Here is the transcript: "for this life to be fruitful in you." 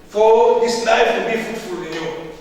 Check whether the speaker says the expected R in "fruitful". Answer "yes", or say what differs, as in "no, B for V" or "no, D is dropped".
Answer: no, R is dropped